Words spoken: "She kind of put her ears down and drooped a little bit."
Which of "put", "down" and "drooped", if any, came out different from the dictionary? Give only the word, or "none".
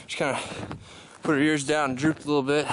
down